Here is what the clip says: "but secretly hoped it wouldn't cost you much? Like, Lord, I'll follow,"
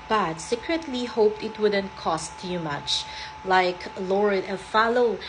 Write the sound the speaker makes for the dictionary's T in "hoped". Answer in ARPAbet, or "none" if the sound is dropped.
T